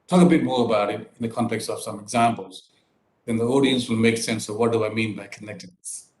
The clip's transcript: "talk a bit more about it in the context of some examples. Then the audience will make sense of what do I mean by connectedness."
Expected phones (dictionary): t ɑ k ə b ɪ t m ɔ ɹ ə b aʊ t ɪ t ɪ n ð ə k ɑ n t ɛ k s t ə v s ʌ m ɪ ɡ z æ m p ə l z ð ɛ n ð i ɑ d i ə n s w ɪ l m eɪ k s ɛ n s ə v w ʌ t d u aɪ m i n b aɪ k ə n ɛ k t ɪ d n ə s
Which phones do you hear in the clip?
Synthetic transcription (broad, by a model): t ɑ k ə b ɪ t m ɔ ɹ ə b aʊ t ɪ t ɪ n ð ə k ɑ n t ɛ k s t ə v s ʌ m ɪ ɡ z æ m p ə l z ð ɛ n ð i ɑ d i ə n s w ɪ l m eɪ k s ɛ n s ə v w ʌ t d u aɪ m i n b aɪ k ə n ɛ k t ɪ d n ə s